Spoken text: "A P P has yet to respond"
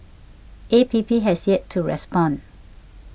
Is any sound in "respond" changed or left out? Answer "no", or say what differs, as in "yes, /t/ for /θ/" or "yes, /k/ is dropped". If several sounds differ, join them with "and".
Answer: yes, /d/ is dropped